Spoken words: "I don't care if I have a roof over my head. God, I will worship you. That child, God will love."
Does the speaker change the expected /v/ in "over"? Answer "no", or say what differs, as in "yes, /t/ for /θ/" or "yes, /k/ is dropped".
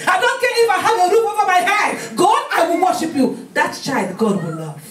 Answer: yes, /f/ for /v/